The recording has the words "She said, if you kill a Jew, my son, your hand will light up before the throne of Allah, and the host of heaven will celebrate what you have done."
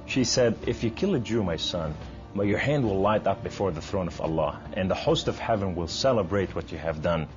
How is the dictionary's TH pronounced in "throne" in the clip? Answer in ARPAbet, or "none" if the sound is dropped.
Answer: TH